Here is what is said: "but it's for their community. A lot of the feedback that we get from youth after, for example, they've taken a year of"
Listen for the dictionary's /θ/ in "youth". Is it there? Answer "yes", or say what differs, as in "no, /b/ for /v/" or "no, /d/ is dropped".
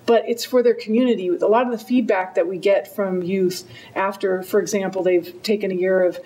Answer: yes